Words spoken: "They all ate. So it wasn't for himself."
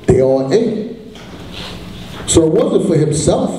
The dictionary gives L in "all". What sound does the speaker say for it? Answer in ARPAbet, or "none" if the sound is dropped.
N